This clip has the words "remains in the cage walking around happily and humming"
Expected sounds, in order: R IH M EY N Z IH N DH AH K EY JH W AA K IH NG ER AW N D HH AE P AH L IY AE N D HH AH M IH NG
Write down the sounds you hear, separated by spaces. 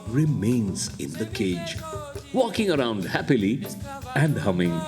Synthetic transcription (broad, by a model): R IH M EY N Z IH N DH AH K EY JH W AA K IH NG ER AW N D HH AE P AH L IY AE N D HH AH M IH NG